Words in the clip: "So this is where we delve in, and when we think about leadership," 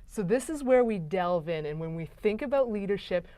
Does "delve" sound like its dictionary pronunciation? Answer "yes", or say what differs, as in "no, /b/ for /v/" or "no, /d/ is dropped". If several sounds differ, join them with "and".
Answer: yes